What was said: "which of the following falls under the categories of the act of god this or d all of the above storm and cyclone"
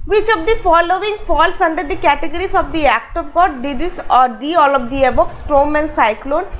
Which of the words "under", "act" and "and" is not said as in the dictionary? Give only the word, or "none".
none